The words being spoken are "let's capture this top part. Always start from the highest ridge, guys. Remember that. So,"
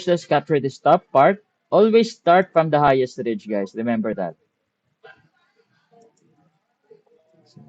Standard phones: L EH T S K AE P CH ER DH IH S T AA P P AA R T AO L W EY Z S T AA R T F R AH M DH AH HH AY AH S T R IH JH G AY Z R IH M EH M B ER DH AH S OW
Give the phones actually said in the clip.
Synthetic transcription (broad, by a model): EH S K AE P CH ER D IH S T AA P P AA R T AO L W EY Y S T AA R T F R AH M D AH HH AY AH S T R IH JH G AY S R IH M EH M B ER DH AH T